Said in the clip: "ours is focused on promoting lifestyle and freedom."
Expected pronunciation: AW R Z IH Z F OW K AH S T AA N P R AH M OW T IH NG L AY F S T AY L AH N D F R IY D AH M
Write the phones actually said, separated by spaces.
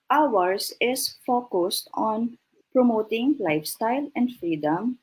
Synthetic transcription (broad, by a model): AW R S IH S F OW K AH S T AA N P R AH M OW T IH NG L AY F S T AY L AH N D F R IY D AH M